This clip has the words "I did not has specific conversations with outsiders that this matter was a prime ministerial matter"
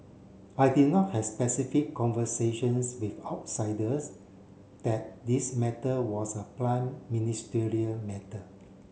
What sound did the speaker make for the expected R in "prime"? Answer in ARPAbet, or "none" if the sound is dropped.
L